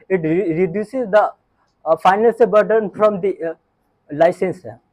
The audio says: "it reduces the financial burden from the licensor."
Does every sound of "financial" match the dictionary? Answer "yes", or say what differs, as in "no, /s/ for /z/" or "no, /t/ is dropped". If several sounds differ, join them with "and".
no, /n/ is dropped and /ʃ/ is dropped